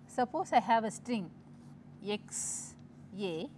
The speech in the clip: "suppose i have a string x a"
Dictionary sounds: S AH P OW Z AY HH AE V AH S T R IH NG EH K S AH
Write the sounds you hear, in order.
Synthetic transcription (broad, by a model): S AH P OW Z AY HH AE V AH S T R IH NG EH K S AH